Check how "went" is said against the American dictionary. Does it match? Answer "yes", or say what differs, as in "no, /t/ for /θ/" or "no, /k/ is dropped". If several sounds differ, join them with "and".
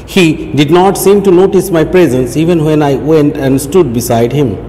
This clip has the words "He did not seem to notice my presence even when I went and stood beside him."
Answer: yes